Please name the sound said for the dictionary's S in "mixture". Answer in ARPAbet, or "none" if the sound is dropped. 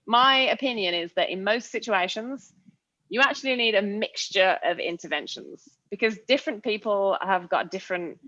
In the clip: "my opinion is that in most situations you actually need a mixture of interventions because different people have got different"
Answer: S